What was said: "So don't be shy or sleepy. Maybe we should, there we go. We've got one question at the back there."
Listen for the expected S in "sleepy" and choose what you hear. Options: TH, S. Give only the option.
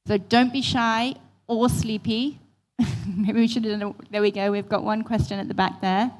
S